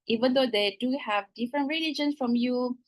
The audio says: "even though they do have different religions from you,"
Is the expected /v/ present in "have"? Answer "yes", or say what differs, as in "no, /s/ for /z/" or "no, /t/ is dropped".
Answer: yes